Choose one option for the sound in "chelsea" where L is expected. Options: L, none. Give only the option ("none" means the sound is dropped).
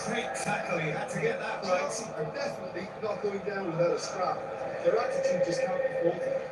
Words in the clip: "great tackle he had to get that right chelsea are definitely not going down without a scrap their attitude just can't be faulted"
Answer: none